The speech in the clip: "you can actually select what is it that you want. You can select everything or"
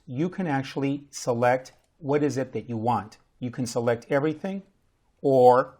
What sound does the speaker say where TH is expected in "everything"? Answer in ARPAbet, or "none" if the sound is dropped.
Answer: TH